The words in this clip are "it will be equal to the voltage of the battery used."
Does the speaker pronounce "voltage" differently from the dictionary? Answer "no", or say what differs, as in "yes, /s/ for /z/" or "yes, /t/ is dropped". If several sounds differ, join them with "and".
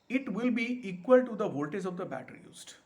yes, /z/ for /dʒ/